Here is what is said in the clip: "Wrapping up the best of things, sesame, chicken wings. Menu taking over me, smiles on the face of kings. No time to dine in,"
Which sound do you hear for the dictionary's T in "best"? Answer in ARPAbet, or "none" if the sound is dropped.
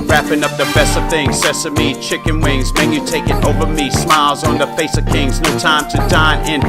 T